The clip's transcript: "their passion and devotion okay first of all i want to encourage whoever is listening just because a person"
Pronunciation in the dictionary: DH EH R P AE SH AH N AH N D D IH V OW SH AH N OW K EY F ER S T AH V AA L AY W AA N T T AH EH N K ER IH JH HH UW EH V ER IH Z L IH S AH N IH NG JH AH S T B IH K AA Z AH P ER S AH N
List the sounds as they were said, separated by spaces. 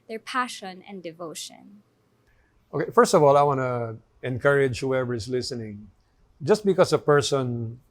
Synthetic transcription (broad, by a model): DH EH R P AE SH AH N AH N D D IH V OW SH AH N OW K EY F ER S T AH V AA L AY W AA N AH EH N K ER IH JH HH UW EH V ER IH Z L IH S AH N IH NG JH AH S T B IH K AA S AH P ER S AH N